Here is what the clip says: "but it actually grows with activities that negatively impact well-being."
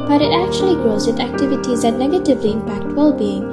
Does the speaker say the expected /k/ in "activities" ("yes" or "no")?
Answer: yes